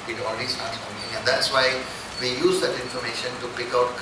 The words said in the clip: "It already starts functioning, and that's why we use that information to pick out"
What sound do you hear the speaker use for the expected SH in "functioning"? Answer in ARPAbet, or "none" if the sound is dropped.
none